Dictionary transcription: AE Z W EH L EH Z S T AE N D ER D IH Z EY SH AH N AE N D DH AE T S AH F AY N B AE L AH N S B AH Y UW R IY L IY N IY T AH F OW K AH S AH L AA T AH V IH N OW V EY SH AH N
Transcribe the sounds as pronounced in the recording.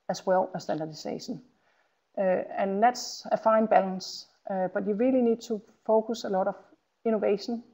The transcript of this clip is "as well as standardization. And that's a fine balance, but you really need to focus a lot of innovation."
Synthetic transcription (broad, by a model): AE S W EH L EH S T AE N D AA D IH S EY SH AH N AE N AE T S AH F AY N B AE L AH N S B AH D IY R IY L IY N IY S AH F OW K AH S AH L AA T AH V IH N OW V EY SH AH N